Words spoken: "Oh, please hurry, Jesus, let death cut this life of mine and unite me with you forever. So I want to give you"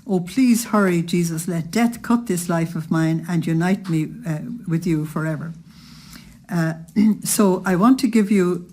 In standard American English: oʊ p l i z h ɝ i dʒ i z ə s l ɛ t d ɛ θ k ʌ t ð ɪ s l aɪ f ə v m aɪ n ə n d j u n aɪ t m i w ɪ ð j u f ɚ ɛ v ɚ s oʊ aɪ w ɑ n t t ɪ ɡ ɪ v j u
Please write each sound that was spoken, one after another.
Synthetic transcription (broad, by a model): oʊ p l i z h ɝ i dʒ i z ə s l ɛ t d ɛ θ k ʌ t ð ɪ s l aɪ f ə v m aɪ n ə n j u n aɪ t m i w ɪ ð j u f ɚ ɛ v ɚ s oʊ aɪ w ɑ n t t ɪ ɡ ɪ v j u